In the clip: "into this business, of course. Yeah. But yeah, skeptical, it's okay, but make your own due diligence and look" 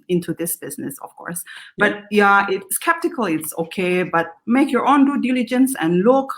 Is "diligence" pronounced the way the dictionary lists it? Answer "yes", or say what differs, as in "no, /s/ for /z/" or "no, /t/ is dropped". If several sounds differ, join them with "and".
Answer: yes